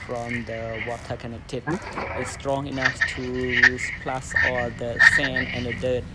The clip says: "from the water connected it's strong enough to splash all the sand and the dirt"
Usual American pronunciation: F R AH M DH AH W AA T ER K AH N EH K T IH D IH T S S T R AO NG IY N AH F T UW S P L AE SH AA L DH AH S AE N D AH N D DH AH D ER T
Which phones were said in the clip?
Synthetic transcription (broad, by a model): F R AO M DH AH W AA T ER K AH N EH K T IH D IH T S S T R AO NG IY N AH F T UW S P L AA S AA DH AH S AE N AH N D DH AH D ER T